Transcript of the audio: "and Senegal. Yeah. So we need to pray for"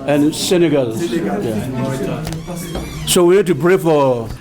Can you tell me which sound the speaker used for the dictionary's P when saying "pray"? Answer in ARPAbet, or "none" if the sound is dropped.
B